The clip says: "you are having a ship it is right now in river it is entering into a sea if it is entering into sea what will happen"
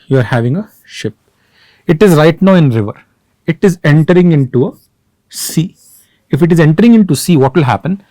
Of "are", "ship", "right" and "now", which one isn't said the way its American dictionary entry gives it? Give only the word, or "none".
none